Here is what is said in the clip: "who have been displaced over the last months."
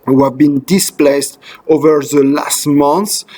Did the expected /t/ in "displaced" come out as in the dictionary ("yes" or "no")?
yes